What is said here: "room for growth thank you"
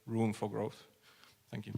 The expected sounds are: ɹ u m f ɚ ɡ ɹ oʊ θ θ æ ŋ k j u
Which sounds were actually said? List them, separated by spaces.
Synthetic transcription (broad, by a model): ɹ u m f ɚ ɡ ɹ oʊ θ θ æ ŋ k j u